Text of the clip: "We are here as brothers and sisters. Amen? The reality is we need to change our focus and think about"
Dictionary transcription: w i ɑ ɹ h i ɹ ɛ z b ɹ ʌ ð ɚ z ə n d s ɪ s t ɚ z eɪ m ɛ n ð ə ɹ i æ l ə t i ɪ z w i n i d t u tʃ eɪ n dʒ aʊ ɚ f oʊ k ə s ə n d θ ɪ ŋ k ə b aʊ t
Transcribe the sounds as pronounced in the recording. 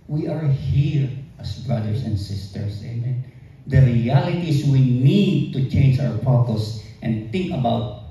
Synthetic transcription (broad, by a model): w i ɑ ɹ h i ɹ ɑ s b ɹ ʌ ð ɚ s ə n d s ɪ s t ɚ s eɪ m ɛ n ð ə ɹ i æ l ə t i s w i n i d t u tʃ eɪ n dʒ aʊ ɚ p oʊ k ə s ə n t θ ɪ ŋ k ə b aʊ t